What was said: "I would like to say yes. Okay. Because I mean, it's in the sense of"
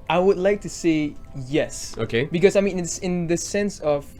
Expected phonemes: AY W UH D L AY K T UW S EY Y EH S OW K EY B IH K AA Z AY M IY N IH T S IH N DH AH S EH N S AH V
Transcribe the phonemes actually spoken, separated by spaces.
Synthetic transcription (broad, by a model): AY W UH D L AY K T UW S EY Y EH S OW K EY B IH K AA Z AY M IY N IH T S IH N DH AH S EH N S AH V